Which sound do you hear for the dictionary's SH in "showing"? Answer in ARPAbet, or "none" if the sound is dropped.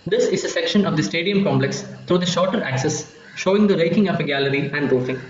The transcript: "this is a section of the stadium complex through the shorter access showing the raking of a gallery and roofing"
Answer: SH